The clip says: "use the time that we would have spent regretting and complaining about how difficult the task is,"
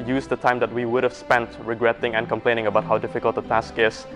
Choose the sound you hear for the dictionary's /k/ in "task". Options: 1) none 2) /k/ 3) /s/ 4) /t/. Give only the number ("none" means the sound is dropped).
2